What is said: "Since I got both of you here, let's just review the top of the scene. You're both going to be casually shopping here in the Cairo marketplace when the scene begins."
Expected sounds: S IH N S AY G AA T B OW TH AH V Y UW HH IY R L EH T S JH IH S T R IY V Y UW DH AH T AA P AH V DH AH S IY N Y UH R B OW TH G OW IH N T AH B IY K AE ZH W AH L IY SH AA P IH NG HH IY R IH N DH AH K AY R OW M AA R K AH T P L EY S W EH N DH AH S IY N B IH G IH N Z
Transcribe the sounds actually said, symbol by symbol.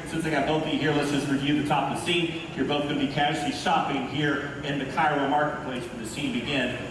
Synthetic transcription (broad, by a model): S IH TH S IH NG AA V B OW TH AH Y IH HH IY R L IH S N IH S R IY V Y UW DH AH T AA P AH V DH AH S IY N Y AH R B OW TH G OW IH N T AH B IY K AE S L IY SH AA P IH NG HH IY R IH N DH AH K AY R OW M AA R K AH T P L EY S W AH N DH AH S IY N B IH G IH N